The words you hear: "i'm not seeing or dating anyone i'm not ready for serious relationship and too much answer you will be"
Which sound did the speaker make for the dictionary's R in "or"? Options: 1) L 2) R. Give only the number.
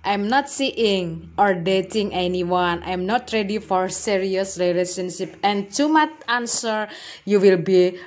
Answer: 2